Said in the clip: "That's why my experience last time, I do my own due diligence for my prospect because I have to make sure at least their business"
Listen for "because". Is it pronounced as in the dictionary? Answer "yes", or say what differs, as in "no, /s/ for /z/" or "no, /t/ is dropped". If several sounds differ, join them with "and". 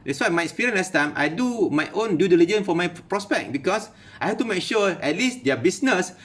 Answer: no, /s/ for /z/